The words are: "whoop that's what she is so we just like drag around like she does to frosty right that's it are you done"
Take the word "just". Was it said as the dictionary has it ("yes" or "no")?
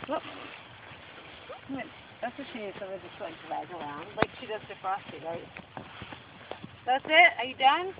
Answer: no